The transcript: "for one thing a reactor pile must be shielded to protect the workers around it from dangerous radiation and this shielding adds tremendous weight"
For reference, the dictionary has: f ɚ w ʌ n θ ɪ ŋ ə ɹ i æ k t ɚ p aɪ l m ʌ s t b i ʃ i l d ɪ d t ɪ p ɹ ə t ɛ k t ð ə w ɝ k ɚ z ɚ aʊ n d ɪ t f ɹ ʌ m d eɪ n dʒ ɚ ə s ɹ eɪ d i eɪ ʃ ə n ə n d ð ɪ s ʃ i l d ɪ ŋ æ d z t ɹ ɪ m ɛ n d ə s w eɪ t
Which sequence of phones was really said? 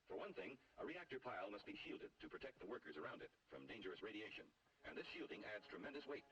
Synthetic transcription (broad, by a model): f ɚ w ʌ n θ ɪ ŋ ə ɹ i æ k t ɚ p aɪ l m ʌ s t b i ʃ i l d ɪ d t ɪ p ɹ ə t ɛ k t ð ə w ɝ k ɚ z ɚ aʊ n d ɪ t f ɹ ʌ m d eɪ n dʒ ɚ ə s ɹ eɪ d i eɪ ʃ ə n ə n ð ɪ s ʃ i l d ɪ ŋ æ d z t ɹ ɪ m ɛ n d ə s w eɪ t